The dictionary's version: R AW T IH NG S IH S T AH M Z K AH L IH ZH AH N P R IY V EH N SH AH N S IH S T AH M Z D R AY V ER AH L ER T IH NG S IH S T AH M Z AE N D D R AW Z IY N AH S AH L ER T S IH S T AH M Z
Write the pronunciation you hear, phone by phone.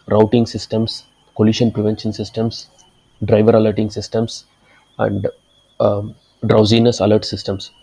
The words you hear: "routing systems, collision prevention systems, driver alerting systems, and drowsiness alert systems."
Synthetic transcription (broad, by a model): R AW T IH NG S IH S T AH M S K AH L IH SH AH N P R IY V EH N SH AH N S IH S T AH M S D R AY V ER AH L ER T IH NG S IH S T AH M S AE N D D R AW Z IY N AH S AH L ER T S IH S T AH M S